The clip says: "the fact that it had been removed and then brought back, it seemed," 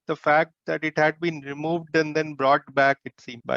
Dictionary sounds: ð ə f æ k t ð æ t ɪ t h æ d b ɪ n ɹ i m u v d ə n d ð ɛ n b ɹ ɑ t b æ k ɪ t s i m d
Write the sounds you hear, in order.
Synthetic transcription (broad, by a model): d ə f æ k t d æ t ɪ t h æ d b ɪ n ɹ i m u v d ə n d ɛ n b ɹ ɑ t b æ k ɪ t s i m